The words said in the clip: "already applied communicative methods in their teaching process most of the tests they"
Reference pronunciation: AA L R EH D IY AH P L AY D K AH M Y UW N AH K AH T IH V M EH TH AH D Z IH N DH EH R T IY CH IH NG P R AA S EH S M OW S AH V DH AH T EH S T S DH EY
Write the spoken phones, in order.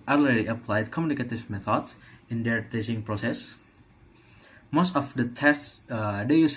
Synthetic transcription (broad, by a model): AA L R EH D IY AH P L AY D K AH M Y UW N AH K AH T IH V M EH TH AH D S IH N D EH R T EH S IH NG P R AA S EH S M OW S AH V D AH T EH S T S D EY